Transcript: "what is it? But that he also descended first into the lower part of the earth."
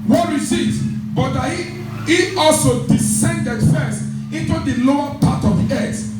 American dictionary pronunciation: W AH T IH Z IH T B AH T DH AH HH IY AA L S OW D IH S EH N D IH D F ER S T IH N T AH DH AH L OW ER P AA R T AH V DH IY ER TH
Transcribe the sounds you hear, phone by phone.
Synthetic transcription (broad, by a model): W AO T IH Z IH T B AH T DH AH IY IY AA L S OW D IH S EH N D IH D F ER S T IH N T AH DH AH L OW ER P AA T AH V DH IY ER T